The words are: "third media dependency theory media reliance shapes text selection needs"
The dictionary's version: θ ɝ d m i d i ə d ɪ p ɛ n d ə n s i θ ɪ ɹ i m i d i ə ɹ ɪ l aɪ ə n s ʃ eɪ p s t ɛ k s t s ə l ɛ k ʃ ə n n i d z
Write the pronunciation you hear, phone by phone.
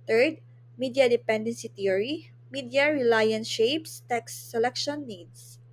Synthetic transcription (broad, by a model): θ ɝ d m i d i ə d ɪ p ɛ n d ə n s i t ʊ ɹ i m i d i ə ɹ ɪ l aɪ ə n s ʃ eɪ p s t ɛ k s s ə l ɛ k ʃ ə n n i d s